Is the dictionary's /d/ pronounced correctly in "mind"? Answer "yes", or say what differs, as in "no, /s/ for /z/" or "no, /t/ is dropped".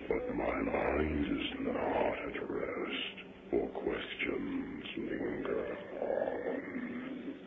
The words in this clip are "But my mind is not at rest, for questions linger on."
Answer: yes